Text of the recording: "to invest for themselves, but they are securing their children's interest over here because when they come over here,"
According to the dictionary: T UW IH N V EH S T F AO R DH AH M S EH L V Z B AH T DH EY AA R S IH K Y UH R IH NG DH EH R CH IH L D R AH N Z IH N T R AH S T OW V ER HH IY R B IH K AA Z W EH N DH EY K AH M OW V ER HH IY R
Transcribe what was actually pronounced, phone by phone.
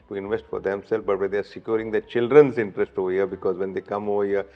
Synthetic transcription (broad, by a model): T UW IH N V EH S T F AO R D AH M S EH L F B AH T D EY AA R S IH K Y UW R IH NG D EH CH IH L D R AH N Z IH N T R AH S T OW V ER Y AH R B IH K AA Z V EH N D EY K AH M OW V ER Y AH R